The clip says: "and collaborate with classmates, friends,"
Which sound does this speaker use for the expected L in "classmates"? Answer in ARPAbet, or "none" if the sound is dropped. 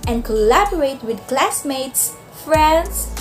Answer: L